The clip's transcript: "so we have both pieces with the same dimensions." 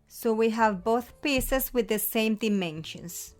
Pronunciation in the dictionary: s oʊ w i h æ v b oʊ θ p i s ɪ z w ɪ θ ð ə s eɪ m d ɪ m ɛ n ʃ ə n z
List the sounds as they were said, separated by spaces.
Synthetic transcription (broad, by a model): s oʊ w i h æ v b oʊ θ p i s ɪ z w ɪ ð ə s eɪ m d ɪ m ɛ n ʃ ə n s